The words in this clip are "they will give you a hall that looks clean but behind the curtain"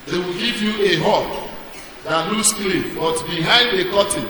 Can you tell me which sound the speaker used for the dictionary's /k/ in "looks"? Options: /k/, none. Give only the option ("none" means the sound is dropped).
none